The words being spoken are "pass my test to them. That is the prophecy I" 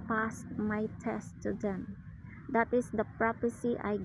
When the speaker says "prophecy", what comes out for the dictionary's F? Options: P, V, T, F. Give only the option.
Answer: P